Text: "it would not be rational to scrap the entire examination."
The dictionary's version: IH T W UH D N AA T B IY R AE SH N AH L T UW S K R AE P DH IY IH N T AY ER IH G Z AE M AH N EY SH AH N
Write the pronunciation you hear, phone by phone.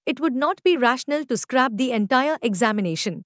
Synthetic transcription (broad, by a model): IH T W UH D N AA T B IY R AE SH N AH L T UW S K R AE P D IY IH N T AY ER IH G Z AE M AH N EY SH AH N